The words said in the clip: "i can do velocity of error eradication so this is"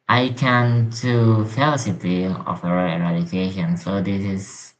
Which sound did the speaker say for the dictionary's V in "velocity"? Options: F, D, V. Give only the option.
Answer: F